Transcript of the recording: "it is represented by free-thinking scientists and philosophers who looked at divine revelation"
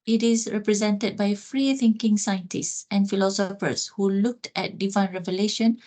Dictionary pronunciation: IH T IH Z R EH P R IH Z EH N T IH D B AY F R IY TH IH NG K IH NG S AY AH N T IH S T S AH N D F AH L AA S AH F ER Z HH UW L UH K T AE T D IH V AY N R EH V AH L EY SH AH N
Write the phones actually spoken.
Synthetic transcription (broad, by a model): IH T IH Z R EH P R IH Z EH N T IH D B AY F R IY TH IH NG K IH NG S AY AH N T IH S T S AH N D F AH L AA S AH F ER S HH UW L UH K T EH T D IH V AY N R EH V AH L EY SH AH N